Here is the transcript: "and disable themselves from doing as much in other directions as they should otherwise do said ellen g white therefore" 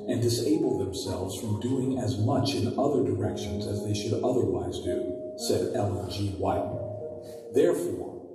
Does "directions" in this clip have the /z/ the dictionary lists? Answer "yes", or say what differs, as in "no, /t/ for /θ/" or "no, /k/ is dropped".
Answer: yes